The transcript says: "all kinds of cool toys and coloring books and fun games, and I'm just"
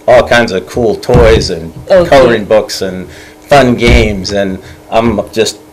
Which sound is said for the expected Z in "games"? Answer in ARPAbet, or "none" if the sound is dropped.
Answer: Z